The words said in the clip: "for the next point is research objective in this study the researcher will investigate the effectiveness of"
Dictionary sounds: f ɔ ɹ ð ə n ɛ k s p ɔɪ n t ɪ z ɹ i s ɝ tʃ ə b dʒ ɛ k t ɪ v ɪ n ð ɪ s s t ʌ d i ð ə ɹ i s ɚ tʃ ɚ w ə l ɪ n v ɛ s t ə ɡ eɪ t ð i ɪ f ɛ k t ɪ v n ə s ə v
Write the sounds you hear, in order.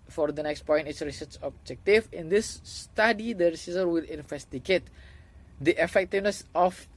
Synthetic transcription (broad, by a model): f ɔ ɹ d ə n ɛ k s p ɔɪ n t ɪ s ɹ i s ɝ s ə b dʒ ɛ k t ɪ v ɪ n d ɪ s s t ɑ d i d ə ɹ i s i s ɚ w ə l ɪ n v ɛ s t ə ɡ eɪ t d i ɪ f ɛ k t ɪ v n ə s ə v